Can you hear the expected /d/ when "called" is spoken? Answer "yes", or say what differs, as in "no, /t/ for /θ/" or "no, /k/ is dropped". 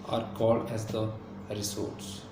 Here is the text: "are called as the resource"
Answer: yes